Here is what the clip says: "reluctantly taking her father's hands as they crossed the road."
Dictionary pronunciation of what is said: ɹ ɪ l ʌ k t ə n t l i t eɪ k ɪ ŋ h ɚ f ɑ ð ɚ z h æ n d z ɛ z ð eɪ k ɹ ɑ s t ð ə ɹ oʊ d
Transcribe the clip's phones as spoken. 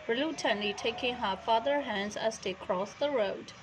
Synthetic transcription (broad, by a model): ɹ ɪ l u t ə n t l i t eɪ k ɪ ŋ h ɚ f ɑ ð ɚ h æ n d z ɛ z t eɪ k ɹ ɑ s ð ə ɹ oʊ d